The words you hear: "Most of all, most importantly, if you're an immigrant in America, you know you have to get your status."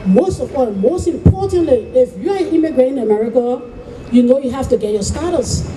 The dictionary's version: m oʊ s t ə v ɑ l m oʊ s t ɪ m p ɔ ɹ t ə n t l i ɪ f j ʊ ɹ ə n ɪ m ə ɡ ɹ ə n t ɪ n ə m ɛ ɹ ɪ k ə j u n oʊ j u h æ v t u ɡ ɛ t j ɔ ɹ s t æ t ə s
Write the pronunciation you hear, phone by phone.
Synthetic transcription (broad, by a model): m oʊ s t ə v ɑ m oʊ s t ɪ m p ɔ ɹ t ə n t l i ɪ f j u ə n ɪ m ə ɡ ɹ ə t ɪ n ə m ɛ ɹ ɪ k ə j u n oʊ j u h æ f t u ɡ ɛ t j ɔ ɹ s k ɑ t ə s